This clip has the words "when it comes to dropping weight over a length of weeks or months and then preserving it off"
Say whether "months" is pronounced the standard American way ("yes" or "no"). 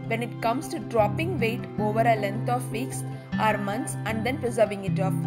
no